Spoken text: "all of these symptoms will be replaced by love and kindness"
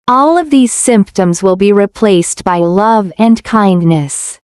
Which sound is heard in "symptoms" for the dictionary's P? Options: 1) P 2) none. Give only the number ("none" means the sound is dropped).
1